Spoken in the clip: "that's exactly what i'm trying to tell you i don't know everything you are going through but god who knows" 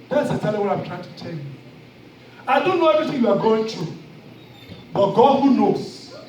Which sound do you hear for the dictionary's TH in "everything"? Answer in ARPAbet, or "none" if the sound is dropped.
T